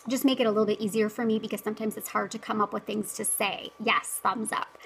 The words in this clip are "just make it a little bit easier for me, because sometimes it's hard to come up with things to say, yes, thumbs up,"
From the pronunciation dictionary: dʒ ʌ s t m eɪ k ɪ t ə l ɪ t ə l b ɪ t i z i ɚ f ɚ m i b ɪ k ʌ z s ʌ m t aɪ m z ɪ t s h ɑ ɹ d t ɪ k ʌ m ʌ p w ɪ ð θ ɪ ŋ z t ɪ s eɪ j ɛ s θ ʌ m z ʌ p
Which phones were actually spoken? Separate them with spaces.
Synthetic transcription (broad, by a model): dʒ ʌ s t m eɪ k ɪ t ə l ɪ t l b ɪ t i z i ɚ f ɚ m i b ɪ k ʌ z s ʌ m t aɪ m z ɪ t s h ɑ ɹ d t ɪ k ʌ m ʌ p w ɪ ð θ ɪ ŋ z t ɪ s eɪ j ɛ s θ ʌ m z ʌ p